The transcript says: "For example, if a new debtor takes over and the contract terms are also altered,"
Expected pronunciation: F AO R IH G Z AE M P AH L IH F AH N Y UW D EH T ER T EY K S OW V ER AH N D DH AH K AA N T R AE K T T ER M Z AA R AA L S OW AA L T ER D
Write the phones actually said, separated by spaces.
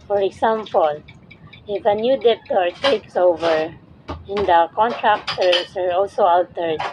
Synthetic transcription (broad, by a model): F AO R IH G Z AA M P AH L IH F AH N Y UW D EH T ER T EY K S OW V ER AH N D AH K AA N T R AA K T T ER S AA R AA L S OW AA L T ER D